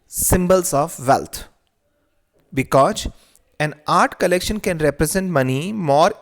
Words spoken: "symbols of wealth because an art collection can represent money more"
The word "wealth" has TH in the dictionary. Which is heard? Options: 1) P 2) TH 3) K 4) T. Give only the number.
4